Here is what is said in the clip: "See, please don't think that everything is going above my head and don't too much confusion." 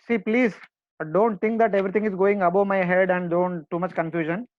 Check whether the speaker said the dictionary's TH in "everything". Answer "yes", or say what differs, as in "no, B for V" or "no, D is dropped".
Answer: no, T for TH